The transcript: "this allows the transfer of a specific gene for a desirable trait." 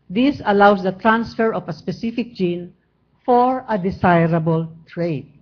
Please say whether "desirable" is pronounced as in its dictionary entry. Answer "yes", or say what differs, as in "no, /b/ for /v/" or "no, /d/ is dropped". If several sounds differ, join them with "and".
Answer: no, /s/ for /z/